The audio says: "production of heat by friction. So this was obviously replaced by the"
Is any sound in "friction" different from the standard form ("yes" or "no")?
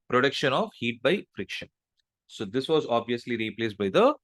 no